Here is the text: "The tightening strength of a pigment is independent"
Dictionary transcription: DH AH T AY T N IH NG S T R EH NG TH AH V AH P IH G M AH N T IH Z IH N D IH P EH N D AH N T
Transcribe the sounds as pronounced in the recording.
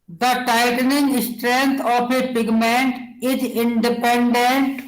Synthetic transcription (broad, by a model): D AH T AY T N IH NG S T R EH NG T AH P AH P IH G M AH N T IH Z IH N D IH P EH N D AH N T